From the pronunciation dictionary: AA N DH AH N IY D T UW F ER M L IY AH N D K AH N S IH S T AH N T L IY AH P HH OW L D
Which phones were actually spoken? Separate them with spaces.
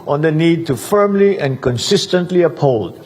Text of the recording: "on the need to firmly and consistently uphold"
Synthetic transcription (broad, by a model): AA N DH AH N IY D T UW F ER M L IY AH N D K AH N S IH S T AH N T L IY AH P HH OW L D